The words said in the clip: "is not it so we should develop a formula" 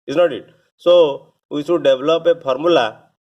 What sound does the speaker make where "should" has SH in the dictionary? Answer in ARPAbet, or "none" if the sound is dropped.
S